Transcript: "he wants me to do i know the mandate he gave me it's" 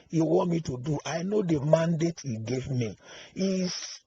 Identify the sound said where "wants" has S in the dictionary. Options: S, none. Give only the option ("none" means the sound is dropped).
none